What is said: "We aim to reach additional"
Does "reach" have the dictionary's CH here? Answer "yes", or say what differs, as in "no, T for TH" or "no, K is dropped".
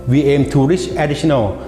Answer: no, S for CH